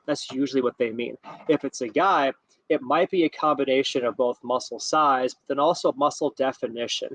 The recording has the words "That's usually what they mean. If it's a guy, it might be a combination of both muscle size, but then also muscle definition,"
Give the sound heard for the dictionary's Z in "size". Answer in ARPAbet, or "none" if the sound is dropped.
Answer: Z